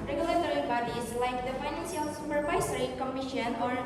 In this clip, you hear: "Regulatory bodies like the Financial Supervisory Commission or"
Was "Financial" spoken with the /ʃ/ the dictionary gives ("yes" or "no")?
no